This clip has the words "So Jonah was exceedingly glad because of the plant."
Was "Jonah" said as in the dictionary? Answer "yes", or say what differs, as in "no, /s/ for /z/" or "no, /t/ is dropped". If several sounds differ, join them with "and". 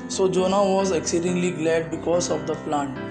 yes